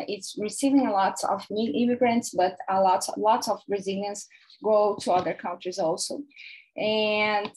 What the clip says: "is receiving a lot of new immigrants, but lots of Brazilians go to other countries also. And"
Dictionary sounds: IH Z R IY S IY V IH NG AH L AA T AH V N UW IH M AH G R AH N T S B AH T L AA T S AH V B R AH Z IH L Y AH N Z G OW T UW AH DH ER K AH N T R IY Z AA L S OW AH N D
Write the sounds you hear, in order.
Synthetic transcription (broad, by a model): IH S R IY S IY V IH NG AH L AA T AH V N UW IH M AH G R AH N T S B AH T L AA T S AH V R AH Z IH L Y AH N S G OW T UW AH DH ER K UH N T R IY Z AA L S OW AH N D